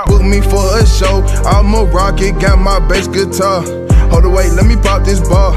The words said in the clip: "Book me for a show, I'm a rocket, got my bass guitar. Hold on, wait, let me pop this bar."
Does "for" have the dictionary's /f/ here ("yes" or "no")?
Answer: yes